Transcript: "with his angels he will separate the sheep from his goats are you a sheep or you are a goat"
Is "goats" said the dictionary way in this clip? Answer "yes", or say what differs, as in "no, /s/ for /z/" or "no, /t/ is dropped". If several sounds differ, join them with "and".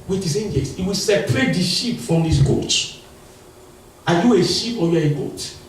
no, /s/ is dropped